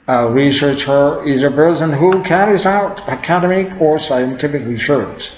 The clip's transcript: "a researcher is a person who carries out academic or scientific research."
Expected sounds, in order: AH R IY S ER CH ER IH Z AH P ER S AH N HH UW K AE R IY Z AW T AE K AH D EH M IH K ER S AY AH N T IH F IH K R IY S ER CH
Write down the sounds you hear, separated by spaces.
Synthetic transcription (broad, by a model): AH R IY S ER CH ER IH Z AH B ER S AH N HH UW K AE R IY Z AW T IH K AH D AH M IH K ER S AY AH N T IH F IH K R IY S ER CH